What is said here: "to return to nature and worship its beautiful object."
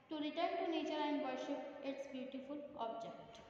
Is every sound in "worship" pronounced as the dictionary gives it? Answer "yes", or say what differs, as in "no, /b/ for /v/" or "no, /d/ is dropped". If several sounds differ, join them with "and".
no, /p/ is dropped